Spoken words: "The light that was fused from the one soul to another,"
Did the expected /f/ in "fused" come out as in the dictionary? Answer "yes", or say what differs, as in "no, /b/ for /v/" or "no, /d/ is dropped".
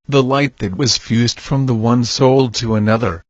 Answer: yes